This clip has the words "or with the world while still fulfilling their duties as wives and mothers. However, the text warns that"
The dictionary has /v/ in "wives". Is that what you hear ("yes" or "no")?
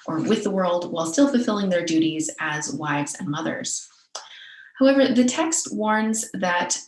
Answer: yes